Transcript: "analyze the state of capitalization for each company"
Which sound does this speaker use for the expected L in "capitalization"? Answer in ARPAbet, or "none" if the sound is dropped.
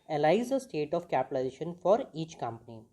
none